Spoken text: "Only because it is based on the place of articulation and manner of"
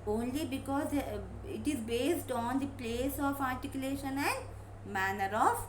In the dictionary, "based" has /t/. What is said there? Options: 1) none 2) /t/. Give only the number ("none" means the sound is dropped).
2